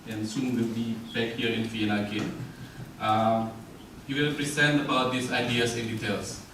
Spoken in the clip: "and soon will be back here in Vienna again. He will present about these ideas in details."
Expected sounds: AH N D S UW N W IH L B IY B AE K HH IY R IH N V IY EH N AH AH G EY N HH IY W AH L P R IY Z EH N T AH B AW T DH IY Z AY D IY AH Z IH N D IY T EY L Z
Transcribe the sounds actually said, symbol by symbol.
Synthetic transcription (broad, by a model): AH N S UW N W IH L B IY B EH K HH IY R IH N F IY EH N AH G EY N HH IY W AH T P R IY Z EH N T AH B AW T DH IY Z AY D IY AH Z IH N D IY T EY L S